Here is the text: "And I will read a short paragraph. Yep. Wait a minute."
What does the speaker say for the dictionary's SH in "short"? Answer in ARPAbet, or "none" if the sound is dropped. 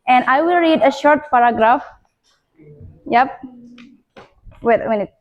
SH